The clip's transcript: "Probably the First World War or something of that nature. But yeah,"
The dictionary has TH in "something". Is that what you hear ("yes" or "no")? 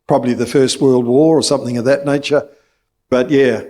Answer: yes